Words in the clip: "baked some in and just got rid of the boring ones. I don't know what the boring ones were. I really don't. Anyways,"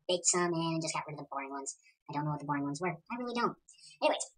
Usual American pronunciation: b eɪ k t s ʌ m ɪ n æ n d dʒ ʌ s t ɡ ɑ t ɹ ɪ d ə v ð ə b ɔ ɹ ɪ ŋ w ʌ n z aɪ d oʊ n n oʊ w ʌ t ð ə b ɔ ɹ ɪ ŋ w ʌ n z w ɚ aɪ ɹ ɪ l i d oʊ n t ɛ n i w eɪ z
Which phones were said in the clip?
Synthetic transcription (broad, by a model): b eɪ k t s ʌ m ɪ n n dʒ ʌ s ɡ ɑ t ɹ ɪ d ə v ð ə b ɔ ɹ ɪ ŋ w ʌ n z aɪ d oʊ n n oʊ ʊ t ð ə b ɔ ɹ ɪ ŋ w ʌ n z w ɚ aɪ w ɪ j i d oʊ n t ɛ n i w eɪ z